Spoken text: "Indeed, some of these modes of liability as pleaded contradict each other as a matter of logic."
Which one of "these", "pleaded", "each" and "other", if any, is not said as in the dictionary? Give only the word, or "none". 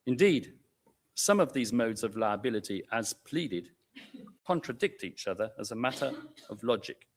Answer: none